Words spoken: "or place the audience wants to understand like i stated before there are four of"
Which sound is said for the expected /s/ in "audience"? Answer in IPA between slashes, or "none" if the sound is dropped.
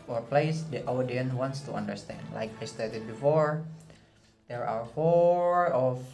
none